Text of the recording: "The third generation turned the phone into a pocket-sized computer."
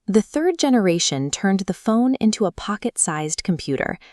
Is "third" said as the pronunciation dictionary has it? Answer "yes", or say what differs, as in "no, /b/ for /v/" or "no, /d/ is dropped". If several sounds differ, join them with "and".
yes